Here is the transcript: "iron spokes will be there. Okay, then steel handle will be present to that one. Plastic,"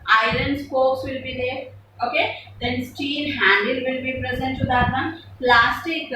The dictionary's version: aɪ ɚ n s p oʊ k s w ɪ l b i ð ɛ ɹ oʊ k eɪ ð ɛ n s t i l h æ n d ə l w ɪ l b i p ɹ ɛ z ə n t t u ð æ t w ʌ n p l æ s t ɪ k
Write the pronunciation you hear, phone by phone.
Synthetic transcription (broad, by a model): aɪ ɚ n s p oʊ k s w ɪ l b i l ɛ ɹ oʊ k eɪ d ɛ n s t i n h æ n d ə l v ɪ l b i p ɹ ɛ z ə n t t u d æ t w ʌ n p l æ s t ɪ k